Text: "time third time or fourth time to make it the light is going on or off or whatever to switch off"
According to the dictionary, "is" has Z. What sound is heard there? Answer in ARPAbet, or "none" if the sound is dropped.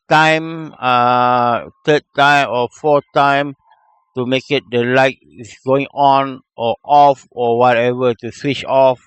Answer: S